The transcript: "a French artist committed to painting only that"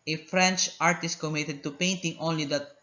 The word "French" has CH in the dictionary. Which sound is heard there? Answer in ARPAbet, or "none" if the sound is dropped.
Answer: CH